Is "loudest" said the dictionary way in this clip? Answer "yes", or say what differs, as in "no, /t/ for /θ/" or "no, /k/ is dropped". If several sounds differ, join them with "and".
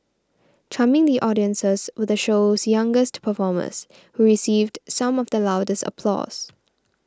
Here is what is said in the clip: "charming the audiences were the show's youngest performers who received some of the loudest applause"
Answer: yes